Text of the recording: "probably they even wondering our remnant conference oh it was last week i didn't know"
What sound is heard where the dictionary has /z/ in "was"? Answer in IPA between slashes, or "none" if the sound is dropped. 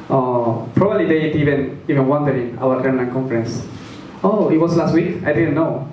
/s/